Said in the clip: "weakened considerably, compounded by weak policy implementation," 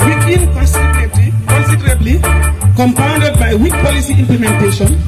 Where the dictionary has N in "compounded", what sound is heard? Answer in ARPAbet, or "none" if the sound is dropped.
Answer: N